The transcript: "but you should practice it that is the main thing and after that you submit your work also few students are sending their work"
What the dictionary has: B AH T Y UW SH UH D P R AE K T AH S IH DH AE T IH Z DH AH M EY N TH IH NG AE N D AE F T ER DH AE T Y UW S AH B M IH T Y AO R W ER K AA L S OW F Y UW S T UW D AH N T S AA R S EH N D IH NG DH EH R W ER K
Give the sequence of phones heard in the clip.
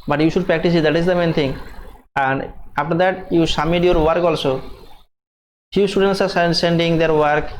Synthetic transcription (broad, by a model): B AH T Y UW SH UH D P R AE K T AH S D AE T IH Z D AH M EY N T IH NG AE N D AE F T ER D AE T Y UW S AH M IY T Y AO R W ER K AA L S OW F Y UW S T UW D AH N T S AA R S EH N D IH NG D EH R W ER K